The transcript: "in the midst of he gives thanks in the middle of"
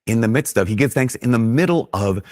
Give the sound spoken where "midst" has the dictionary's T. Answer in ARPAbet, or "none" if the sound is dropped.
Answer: T